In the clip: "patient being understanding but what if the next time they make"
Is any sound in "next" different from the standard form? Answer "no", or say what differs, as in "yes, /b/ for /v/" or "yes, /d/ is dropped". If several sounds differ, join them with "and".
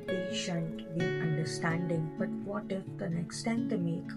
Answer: no